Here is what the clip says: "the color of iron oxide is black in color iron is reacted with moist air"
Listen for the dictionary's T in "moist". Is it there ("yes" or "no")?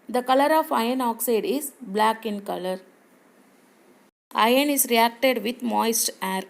yes